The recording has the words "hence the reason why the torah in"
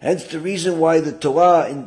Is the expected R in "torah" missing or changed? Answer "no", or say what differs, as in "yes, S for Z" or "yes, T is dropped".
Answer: yes, R is dropped